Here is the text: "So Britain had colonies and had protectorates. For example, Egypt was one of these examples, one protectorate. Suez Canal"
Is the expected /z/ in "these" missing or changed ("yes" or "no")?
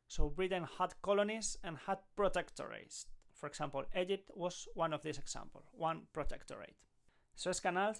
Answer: yes